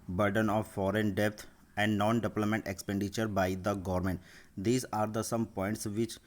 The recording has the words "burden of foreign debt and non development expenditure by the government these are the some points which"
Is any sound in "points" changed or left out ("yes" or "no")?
no